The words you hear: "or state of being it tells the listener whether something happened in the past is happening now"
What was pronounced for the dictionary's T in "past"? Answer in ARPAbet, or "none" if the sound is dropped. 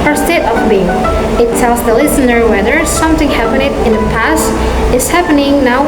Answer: T